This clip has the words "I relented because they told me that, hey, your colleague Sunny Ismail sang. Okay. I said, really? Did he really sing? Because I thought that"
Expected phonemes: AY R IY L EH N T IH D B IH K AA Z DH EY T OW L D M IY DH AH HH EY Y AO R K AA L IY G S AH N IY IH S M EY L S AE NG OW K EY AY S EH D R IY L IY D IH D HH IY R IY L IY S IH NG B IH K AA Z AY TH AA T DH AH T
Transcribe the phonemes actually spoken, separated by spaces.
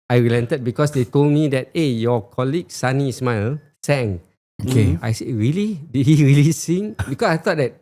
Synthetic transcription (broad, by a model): AY R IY L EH N T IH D B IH K AA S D EY T OW L D M IY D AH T EY Y AO K AA L IY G S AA N IY S M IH L S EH NG OW K EY AY S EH R IY L IY D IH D HH IY R IY L IY S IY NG B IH K AA S AY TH AA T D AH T